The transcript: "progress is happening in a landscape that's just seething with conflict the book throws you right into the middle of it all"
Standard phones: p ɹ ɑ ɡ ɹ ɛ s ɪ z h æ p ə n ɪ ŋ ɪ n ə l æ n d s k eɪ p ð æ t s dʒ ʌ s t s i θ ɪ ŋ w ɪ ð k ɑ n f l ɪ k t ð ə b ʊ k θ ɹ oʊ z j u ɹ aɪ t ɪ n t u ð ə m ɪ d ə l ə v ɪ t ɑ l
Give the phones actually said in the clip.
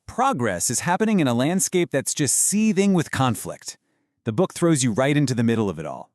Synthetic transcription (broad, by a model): p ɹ ɑ ɡ ɹ ɛ s ɪ z h æ p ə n ɪ ŋ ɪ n ə l æ n d s k eɪ p ð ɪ t s dʒ ʌ s t s i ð ɪ ŋ w ɪ ð k ɑ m f l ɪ k t ð ə b ʊ k θ ɹ oʊ z j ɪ ɹ aɪ t ɪ n t u ð ə m ɪ d l ə v ɪ t ɑ l